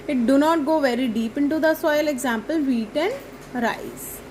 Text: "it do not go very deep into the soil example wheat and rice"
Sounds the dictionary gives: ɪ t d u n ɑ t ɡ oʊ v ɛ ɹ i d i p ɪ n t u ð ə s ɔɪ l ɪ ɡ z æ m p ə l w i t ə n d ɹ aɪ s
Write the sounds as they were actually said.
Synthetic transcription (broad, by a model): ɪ t d u n ɑ t ɡ oʊ v ɛ ɹ i d i p ɪ n t u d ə s ɔɪ l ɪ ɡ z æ m p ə l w i t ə n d ɹ aɪ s